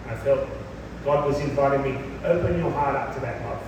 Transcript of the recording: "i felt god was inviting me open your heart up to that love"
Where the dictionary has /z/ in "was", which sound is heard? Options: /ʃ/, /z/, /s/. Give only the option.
/z/